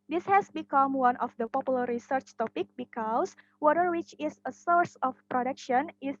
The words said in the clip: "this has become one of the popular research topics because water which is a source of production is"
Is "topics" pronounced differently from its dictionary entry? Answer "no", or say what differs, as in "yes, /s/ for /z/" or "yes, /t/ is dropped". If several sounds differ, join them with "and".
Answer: yes, /s/ is dropped